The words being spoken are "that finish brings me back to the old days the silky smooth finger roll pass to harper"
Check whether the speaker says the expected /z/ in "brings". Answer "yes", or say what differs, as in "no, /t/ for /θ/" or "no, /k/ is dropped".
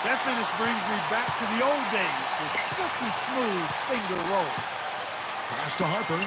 yes